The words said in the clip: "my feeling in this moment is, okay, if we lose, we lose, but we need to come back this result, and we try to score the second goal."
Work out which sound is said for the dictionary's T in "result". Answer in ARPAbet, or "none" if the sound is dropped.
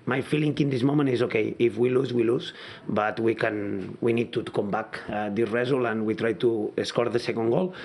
none